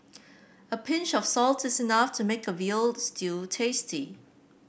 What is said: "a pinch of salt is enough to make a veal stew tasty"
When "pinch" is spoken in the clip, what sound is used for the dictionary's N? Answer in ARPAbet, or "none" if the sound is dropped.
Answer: N